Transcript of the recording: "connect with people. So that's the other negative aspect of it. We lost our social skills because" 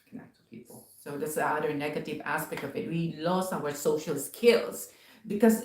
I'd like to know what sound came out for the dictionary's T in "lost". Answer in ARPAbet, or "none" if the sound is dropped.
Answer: none